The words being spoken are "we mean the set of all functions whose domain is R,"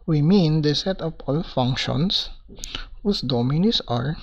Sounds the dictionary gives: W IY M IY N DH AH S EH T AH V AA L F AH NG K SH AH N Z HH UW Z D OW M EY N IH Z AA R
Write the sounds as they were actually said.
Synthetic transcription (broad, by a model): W IY M IY N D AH S EH T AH P AA L F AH NG K SH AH N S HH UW S D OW M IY N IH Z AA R